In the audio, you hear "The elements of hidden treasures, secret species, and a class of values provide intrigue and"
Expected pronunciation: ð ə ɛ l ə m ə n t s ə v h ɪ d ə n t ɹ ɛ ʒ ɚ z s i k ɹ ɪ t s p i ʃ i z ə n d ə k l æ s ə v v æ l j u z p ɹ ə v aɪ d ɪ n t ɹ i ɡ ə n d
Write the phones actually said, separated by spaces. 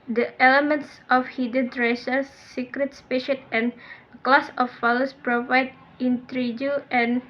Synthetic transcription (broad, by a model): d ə ɛ l ə m ə n t s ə f h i d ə n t ɹ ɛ ʃ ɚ s i k ɹ ɪ t s p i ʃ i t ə n ə k l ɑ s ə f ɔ l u s p ɹ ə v aɪ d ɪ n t ɹ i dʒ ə n